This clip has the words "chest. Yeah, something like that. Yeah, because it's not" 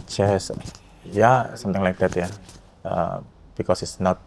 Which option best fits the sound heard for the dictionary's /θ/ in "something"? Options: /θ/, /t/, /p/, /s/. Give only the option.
/t/